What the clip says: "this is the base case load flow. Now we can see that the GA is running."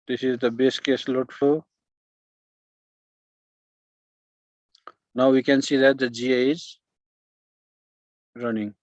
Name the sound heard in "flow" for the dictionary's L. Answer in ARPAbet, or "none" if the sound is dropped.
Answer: none